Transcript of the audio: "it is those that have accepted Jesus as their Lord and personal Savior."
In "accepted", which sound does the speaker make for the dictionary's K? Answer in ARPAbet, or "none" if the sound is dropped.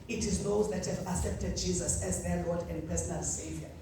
none